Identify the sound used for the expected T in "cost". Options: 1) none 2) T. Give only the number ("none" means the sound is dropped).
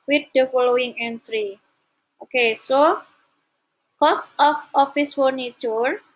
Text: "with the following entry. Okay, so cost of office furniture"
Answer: 2